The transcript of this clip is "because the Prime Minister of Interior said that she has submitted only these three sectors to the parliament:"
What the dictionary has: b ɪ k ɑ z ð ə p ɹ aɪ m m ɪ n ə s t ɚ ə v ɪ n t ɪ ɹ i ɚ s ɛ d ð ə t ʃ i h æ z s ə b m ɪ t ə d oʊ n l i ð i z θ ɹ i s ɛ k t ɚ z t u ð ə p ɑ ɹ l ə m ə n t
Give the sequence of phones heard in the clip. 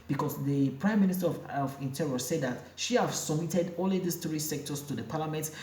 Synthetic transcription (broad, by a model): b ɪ k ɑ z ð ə p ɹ aɪ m m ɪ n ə s t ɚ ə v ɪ n t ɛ ɹ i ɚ s ɛ d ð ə t ʃ i h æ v s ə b m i t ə d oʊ l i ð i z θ ɹ i s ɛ k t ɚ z t u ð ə p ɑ l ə m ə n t